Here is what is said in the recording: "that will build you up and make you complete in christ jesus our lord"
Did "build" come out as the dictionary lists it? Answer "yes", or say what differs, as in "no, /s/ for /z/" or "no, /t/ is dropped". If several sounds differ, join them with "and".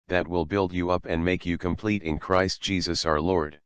yes